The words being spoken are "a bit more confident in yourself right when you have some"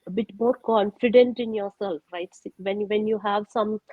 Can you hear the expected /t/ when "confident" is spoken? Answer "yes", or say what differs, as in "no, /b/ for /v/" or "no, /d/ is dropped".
yes